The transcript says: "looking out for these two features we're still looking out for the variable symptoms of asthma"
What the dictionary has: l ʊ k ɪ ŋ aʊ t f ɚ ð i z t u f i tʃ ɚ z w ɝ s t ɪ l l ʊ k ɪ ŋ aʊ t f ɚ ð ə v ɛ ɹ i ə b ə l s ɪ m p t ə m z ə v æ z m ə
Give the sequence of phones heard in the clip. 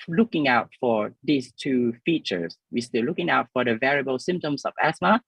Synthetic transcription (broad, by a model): l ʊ k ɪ ŋ aʊ t f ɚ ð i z t u f i tʃ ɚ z w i s t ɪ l l ʊ k ɪ ŋ aʊ t f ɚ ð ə v ɛ ɹ i ə b ə l s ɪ m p t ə m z ə v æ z m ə